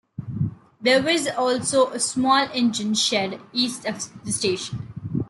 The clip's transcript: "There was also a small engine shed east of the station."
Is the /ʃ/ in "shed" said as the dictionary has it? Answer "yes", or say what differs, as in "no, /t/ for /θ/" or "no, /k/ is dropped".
yes